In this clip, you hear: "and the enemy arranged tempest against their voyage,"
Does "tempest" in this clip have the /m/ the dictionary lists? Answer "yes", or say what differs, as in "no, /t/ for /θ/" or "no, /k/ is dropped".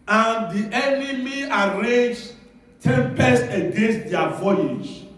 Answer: yes